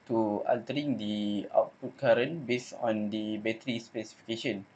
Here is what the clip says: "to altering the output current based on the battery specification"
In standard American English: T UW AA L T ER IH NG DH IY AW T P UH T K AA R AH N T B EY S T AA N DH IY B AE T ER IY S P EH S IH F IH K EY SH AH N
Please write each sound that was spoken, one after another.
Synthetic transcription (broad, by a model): T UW AA L T ER IH NG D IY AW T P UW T K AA R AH N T B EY S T AA N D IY B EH T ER IY S P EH S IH F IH K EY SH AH N